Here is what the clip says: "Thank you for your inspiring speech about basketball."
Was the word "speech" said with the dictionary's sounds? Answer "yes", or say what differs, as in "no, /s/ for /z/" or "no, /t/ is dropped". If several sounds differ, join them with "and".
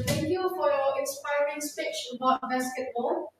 no, /f/ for /p/